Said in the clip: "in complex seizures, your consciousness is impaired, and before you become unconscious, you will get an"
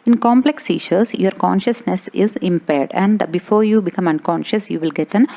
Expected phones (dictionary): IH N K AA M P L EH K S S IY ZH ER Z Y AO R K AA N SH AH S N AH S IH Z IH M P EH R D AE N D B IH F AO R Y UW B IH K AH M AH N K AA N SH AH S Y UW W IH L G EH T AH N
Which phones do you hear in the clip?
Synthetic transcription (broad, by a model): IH N K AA M P L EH K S S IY SH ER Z Y AO R K AA N SH AH S N AH S IH Z IH M P EH R D AE N D B IH F AO R Y UW B IH K AH M AH N K AA N SH AH S Y UW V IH L G EH T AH N